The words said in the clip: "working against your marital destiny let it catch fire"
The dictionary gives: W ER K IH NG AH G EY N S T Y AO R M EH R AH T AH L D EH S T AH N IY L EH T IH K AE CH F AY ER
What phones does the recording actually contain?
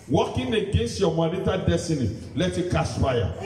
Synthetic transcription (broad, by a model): W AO K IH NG AH G EY N S T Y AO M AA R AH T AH D EH S T AH N IY L EH T IH K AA S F AY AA